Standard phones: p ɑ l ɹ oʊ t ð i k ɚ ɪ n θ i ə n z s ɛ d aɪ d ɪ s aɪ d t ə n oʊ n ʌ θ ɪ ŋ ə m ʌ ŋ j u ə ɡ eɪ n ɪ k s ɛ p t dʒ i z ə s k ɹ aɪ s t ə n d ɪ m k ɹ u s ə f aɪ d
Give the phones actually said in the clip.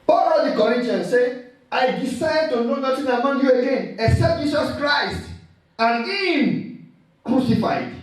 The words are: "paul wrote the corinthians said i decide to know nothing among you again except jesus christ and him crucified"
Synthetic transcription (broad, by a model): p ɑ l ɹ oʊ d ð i k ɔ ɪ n t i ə n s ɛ aɪ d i s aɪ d t ə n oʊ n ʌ t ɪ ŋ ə m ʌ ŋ j u ə ɡ eɪ n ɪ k s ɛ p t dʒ i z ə s k ɹ aɪ s t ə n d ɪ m k ɹ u s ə f aɪ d